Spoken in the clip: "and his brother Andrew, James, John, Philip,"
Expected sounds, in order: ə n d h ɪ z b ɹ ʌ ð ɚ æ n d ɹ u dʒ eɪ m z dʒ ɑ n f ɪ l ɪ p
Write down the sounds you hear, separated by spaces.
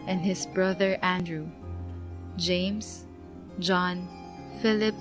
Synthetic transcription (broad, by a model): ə n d h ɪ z b ɹ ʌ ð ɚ æ n d ɹ u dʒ eɪ m s dʒ ɑ n f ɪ l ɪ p